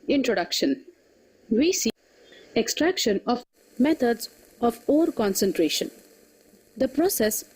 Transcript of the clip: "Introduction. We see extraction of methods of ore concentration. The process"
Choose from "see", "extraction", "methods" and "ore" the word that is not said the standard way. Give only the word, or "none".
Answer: methods